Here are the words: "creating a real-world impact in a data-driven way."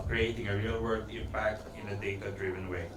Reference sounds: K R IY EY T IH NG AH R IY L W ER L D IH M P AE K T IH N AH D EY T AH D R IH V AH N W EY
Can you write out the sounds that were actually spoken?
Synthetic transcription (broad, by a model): K R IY EY T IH NG AH R IY L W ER D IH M P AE K T IH N AH D EY T AH D R IH V AH N W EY